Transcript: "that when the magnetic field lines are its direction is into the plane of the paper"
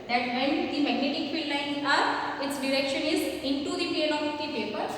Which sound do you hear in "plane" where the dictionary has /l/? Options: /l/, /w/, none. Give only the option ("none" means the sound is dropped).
none